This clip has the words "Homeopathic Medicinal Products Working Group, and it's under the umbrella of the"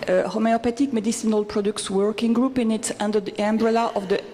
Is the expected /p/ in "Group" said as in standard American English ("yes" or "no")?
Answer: yes